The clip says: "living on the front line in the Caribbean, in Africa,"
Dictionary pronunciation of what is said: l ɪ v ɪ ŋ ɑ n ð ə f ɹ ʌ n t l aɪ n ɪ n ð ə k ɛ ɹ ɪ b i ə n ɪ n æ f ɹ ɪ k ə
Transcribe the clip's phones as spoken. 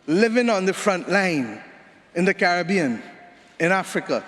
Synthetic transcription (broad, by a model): l ɪ v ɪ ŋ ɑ n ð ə f ɹ ʌ n t l aɪ n ɪ n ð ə k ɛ ɹ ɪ b i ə n ɪ n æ f ɹ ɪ k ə